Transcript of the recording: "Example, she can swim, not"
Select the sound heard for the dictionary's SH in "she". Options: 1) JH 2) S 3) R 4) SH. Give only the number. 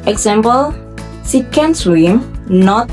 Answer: 2